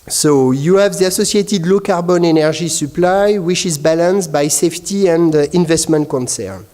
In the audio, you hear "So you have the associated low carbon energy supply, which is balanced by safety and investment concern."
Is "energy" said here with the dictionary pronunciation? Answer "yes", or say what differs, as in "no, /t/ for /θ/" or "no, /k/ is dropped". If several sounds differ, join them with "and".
no, /ʒ/ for /dʒ/